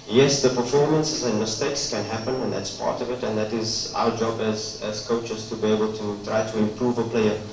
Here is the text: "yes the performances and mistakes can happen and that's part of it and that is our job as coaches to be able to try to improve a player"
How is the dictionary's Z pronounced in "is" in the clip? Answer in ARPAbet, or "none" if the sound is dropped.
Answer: Z